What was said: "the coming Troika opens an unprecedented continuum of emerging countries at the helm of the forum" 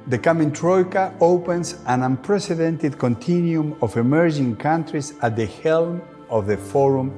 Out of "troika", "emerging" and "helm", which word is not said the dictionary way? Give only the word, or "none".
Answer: none